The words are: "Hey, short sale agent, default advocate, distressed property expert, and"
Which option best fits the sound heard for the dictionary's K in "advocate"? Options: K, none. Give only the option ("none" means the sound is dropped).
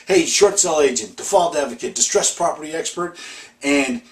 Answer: K